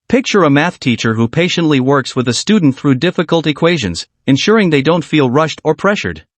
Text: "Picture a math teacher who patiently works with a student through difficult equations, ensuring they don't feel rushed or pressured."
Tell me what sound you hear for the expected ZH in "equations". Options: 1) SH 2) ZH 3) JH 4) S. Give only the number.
2